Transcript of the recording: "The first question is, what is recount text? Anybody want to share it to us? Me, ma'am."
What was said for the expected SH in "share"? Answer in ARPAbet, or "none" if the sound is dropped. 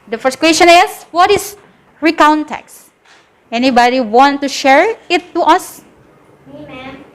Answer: SH